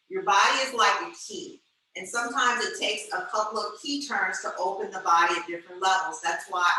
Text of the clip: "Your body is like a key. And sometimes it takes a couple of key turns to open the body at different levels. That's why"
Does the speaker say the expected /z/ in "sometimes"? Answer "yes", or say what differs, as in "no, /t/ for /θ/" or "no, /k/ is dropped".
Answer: yes